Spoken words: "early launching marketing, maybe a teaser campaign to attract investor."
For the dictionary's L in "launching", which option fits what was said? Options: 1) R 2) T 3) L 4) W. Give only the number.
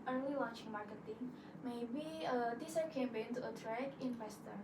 4